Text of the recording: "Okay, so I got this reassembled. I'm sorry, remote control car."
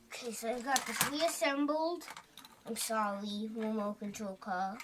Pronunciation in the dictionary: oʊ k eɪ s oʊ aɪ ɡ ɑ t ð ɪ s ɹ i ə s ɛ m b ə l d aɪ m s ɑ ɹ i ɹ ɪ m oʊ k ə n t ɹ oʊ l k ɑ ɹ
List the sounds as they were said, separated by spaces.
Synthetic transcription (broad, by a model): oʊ k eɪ s oʊ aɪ ɡ ɑ t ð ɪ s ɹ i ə s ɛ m b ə l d aɪ m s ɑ l i w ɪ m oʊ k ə n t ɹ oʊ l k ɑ